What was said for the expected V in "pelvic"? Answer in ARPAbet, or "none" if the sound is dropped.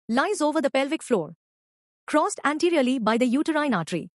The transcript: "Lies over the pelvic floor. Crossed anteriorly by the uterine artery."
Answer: V